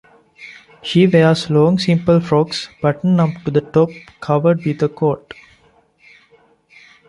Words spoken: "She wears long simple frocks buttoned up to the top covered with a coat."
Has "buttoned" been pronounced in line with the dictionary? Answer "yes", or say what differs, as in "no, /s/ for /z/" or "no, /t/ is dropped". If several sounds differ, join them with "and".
no, /d/ is dropped